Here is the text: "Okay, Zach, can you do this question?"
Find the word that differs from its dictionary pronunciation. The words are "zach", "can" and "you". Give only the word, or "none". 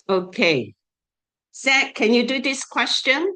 zach